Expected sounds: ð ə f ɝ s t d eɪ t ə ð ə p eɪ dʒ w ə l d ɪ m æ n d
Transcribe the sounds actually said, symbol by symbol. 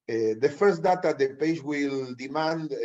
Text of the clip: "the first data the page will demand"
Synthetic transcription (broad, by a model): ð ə f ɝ s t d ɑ t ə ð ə p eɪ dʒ w ə l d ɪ m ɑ n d